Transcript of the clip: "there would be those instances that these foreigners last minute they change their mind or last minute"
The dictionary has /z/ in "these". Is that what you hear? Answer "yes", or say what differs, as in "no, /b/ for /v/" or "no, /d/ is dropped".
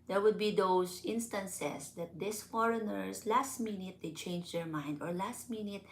no, /s/ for /z/